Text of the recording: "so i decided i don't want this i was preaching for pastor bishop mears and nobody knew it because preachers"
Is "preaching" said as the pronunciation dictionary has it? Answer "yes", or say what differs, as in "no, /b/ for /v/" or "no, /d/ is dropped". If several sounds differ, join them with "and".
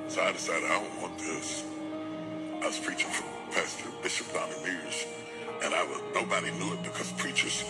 yes